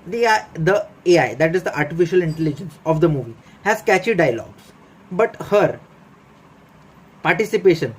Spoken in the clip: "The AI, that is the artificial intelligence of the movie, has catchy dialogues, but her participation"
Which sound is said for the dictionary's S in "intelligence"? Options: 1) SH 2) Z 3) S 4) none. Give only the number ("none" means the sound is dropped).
3